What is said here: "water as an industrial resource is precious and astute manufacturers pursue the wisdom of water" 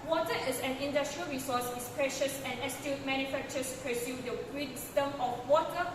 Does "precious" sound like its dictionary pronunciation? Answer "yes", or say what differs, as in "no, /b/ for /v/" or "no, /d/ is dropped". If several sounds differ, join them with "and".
yes